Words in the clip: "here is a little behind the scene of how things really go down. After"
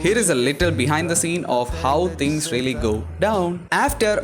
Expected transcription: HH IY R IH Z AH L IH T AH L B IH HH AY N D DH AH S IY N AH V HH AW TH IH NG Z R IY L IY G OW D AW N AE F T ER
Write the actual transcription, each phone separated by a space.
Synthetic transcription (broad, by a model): HH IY R IH Z AH L IH T AH L B IH HH AY N D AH S IY N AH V HH AW T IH NG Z R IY L IY G OW D AW N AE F T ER